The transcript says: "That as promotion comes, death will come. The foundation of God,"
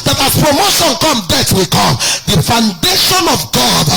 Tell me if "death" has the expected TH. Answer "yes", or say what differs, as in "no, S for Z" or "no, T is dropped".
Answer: no, T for TH